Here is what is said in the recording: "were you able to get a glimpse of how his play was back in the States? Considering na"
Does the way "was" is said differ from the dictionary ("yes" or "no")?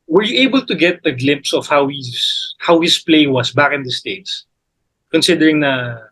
yes